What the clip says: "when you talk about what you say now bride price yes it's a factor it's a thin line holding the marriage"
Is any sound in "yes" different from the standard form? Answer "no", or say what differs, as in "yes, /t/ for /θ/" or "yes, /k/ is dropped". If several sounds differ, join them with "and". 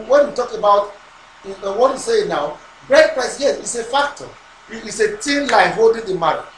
yes, /s/ is dropped